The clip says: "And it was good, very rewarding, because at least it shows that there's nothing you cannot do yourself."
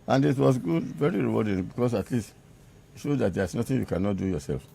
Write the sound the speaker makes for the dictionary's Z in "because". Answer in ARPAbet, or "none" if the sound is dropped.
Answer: S